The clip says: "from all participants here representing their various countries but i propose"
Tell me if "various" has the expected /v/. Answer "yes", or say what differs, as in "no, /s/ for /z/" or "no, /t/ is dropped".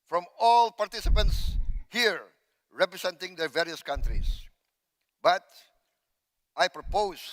yes